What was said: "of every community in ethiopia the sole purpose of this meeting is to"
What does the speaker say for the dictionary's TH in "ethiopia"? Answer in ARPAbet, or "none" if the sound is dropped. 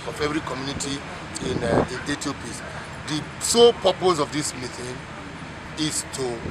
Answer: T